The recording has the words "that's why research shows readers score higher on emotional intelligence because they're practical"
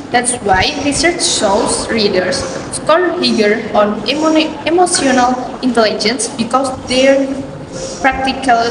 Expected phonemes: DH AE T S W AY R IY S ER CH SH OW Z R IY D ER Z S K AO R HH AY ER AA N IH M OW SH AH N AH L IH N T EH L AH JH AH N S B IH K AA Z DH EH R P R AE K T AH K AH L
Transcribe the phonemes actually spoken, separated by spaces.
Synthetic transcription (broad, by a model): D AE T S W AY R IY S ER CH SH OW S R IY D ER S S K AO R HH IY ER AA N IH M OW S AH N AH L IH N T EH L AH JH AH N S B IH K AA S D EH R P R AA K T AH K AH L